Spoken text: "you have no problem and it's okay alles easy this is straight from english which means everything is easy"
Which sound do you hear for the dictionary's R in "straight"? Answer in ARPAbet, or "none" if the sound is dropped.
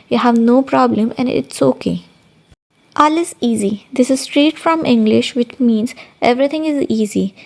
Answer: R